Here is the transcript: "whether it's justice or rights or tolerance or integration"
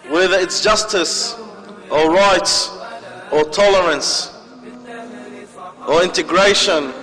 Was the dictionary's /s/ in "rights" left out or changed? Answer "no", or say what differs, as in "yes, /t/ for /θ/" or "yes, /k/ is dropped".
yes, /s/ is dropped